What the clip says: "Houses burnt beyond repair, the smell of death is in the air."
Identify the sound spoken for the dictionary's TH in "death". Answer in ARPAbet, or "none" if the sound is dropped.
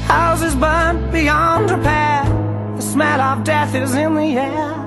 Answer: TH